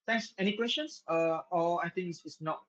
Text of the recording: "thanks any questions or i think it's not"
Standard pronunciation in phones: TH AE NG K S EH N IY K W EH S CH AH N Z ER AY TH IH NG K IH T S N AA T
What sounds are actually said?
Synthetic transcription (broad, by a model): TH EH NG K S EH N IY K W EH S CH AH N S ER AY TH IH NG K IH S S N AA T